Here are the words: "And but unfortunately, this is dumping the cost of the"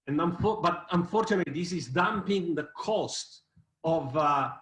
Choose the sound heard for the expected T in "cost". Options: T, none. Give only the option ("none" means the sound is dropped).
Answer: T